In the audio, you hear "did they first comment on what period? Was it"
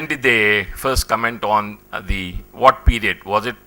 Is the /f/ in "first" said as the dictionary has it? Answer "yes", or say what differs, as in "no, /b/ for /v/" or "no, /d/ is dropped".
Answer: yes